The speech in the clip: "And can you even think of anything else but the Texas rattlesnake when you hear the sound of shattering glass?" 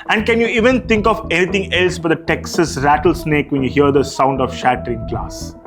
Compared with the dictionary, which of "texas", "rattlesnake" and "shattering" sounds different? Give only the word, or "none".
none